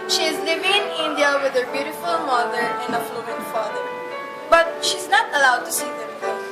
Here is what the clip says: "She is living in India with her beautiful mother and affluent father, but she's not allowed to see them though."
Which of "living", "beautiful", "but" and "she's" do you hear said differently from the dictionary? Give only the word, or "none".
none